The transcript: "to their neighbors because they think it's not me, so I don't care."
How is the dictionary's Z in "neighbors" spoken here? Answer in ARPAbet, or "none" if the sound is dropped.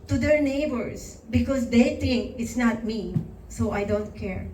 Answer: S